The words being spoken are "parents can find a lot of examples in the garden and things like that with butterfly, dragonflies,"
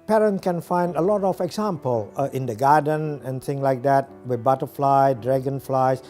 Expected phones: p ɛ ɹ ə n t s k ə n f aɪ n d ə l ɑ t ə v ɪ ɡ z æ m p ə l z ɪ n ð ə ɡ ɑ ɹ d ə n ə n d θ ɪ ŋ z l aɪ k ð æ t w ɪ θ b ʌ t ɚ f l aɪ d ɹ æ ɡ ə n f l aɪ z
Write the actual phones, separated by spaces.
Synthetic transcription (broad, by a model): p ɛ ɹ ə n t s k ə n f aɪ n d ə l ɑ t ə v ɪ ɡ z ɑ m p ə l ɪ n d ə ɡ ɑ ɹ d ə n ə n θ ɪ ŋ l aɪ k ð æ t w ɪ b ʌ t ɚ f l aɪ d ɹ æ ɡ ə n f l aɪ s